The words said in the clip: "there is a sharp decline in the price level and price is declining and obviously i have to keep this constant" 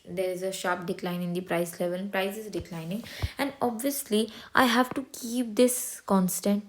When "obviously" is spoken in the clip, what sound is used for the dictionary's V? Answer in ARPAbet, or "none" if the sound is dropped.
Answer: V